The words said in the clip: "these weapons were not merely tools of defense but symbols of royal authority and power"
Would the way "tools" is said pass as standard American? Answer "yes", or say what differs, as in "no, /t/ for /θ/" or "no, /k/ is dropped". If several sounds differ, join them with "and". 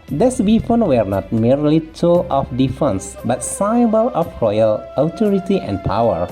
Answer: no, /z/ is dropped